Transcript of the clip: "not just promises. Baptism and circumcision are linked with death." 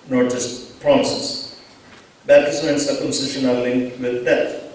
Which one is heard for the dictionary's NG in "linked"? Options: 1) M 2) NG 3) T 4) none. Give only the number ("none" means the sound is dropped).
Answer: 2